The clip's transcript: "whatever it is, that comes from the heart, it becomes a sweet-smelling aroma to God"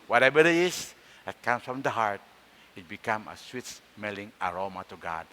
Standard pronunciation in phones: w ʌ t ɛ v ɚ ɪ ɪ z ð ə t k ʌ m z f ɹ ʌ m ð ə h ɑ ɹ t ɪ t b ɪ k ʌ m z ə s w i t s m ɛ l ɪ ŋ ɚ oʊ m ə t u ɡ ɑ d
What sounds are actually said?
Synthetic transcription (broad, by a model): w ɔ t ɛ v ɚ ɪ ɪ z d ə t k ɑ m s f ɹ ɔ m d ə h ɑ ɹ t ɪ t b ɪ k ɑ m ə s w i t s m ɛ l ɪ ŋ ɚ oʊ m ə t u ɡ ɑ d